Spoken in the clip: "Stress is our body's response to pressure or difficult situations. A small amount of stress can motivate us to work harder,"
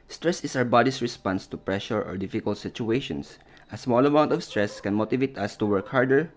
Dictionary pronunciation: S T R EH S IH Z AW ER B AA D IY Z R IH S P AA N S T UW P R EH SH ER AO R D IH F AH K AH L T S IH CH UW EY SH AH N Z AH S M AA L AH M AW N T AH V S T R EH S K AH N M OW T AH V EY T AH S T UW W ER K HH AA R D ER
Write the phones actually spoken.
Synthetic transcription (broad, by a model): S T R EH S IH S AW ER B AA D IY S R IH S P AA N S T UW P R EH SH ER AO R D IH F AH K AH L T S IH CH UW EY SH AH N S AH S M AA L AH M AW N T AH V S T R EH S K AH N M OW T AH V EY T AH S T UW W ER K HH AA R D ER